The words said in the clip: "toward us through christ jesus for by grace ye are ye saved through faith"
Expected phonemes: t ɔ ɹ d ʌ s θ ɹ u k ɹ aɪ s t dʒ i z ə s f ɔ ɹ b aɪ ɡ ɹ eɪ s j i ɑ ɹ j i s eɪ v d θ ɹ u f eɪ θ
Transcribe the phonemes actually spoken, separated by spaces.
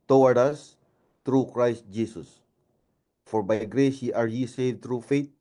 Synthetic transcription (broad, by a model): t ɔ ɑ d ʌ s t ɹ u k ɹ aɪ s t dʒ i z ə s f ɔ ɹ b aɪ ɡ ɹ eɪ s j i ɑ ɹ j i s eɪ d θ ɹ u f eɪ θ